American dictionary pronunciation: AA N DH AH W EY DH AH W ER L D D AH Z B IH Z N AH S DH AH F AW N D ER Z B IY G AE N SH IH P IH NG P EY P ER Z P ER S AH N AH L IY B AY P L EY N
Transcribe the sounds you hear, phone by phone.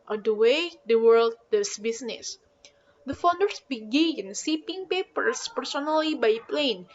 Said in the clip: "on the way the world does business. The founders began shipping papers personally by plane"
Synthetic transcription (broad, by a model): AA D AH W EY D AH W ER L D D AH S B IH S N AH S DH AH F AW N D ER S B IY G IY N S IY P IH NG P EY P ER S P ER S AH N AH L IY B AY P L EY N